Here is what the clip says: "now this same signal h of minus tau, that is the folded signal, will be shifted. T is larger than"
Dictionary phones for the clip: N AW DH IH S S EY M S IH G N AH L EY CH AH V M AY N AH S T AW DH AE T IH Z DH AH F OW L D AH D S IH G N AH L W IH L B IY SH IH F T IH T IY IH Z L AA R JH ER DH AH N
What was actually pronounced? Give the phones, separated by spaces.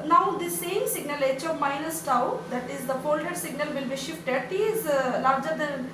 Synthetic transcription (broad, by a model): N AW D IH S S EY M S IH G N AH L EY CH AH V M AY N AH S T AW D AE T IH Z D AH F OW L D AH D S IH G N AH L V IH L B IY SH IH F T IH T IY IH Z L AA R JH ER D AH N